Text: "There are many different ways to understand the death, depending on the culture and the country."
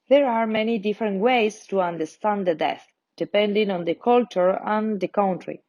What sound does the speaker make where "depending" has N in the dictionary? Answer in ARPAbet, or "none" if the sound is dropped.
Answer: N